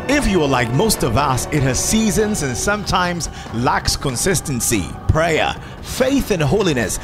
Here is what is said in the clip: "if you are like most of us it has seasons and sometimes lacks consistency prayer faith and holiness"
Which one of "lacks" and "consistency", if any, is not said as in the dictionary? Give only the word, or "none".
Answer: none